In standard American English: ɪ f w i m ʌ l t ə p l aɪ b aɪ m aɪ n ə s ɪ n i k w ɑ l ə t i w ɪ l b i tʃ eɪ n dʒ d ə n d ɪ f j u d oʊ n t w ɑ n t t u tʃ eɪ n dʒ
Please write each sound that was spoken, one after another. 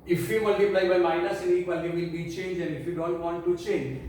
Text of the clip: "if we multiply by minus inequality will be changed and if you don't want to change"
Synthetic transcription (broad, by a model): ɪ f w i m ʌ l t ə p l aɪ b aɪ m aɪ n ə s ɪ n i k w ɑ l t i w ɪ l b i tʃ eɪ n dʒ ə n ɪ f j u d oʊ n t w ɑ n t t u tʃ eɪ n dʒ